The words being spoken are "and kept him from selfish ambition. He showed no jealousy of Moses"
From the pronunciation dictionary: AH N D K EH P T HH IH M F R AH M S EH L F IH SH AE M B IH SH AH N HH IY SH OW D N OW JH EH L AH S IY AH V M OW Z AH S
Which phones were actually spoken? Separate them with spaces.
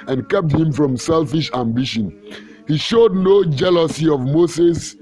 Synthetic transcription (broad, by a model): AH N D K EH P T HH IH M F R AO M S EH L F IH SH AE M B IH SH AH N HH IY SH OW D N OW JH EH L AH S IY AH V M OW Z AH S